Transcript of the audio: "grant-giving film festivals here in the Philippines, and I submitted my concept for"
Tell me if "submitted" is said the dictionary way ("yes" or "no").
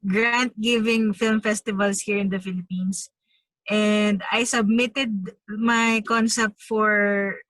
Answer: yes